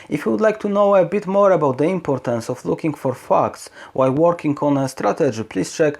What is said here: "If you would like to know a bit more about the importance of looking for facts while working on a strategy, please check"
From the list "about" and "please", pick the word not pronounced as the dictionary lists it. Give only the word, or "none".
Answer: please